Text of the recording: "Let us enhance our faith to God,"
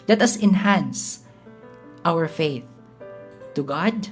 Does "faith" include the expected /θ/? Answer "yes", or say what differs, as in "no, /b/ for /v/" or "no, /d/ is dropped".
yes